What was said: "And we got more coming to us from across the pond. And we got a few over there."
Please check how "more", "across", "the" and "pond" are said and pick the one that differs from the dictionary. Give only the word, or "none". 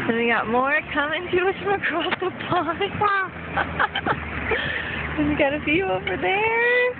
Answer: pond